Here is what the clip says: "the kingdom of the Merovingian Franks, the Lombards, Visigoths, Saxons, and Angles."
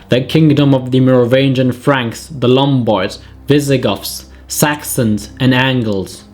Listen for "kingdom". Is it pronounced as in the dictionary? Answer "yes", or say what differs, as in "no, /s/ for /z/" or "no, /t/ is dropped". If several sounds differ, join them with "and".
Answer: yes